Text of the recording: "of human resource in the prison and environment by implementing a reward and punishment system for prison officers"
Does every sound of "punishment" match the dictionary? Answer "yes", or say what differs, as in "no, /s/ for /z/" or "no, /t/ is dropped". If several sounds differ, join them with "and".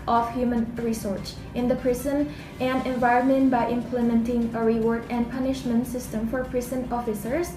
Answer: yes